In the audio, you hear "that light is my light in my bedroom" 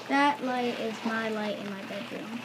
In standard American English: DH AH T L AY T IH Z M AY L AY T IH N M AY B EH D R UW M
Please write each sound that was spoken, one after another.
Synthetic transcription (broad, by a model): DH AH T L AY T IH Z M AY L AY T IH N M AY B EH D R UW M